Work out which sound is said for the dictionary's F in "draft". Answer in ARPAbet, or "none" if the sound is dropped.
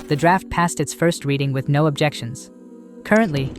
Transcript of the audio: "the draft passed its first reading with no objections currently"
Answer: F